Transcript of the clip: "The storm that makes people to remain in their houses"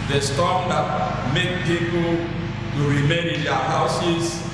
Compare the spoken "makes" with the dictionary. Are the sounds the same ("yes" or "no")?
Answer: no